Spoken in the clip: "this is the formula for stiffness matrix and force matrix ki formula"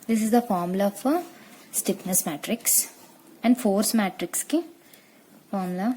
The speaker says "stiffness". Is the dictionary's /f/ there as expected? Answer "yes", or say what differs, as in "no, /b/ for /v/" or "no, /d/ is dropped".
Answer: no, /p/ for /f/